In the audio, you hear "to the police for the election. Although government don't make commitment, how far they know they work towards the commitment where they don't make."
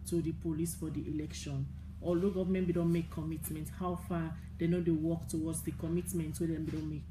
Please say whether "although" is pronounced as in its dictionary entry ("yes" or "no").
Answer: no